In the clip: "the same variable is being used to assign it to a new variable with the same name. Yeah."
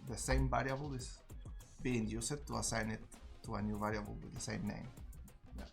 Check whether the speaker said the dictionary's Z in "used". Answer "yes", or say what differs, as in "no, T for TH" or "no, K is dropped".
no, S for Z